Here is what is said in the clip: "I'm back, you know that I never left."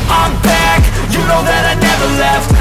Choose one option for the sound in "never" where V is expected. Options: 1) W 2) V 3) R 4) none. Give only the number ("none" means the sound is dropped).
2